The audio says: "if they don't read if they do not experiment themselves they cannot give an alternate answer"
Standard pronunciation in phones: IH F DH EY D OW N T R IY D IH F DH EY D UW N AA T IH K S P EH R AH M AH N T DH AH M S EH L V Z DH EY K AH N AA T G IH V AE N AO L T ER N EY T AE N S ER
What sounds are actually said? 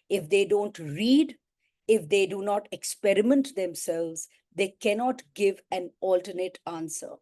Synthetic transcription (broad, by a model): IH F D EY D OW N T R IY D IH F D EY D UW N AA T IH K S P EH R AH M AH N T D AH M S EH L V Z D EY K AH N AA T G IH V AE N AO L T ER N EY T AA N S ER